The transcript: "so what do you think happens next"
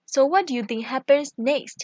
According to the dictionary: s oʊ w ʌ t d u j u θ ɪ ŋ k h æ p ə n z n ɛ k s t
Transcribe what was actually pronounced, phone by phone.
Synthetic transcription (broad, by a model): s oʊ w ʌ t d u j u t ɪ ŋ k h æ p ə n s n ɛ k s t